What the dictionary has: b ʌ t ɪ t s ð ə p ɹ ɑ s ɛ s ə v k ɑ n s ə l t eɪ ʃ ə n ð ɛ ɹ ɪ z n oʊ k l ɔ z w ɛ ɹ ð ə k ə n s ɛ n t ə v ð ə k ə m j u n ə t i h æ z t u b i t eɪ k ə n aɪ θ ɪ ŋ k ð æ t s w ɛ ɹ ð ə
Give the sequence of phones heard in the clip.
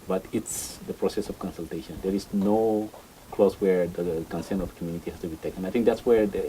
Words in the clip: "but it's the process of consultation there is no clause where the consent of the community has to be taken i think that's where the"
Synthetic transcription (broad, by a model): b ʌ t ɪ t s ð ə p ɹ ɑ s ɛ s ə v k ɑ n s ə l t eɪ ʃ ə n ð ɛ ɹ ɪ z n oʊ k l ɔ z w ɛ ɹ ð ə k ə n s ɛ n ə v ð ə k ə m j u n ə t i h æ s t u b i t eɪ k ə n aɪ θ ɪ ŋ k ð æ t s w ɛ ɹ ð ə